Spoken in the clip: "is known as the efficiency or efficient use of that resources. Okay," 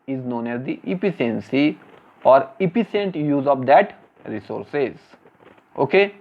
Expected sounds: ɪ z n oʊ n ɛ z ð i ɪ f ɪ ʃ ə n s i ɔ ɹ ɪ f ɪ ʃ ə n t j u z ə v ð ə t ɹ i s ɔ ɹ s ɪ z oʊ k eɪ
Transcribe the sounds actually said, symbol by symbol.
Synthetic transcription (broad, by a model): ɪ z n oʊ n ɛ z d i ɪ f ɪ s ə n s i ɔ ɹ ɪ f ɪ s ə n t j u z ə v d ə t ɹ i s ɔ ɹ s ɪ z oʊ k eɪ